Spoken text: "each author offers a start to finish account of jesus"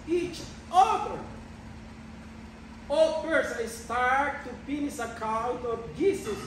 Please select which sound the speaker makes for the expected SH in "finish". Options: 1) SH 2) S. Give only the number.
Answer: 2